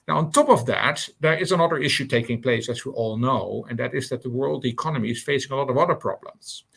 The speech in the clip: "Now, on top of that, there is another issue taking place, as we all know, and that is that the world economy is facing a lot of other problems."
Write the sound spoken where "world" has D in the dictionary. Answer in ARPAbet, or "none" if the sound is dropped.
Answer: D